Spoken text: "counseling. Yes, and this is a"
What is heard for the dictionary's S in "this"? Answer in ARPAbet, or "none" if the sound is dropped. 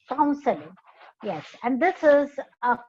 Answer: S